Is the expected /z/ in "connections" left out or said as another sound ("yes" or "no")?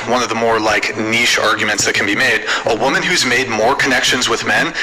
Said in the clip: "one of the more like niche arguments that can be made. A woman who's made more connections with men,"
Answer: no